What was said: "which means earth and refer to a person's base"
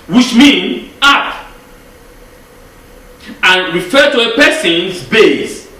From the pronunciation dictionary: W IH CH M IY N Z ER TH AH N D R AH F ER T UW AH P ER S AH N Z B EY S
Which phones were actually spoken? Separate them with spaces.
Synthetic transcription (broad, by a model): W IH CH M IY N AA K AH N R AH F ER T UW AH P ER S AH N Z B EY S